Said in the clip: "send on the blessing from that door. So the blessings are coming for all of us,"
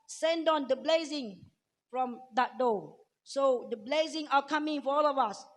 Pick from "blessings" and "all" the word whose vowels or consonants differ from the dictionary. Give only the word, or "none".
blessings